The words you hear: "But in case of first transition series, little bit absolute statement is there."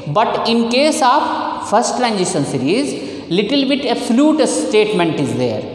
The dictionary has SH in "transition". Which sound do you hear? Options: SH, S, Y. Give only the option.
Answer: S